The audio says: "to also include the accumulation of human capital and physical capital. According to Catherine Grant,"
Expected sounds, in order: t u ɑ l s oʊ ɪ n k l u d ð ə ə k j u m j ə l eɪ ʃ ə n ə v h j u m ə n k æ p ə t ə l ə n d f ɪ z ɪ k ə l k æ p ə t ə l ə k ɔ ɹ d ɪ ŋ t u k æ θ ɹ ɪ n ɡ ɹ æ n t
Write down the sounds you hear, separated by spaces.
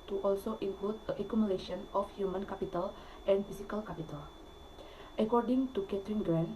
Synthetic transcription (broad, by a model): t u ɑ l s oʊ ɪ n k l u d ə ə k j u m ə l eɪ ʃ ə n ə f h j u m ə n k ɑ p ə t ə l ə n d f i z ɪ k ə l k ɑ p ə t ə l ə k ɔ ɹ d ɪ ŋ t u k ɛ t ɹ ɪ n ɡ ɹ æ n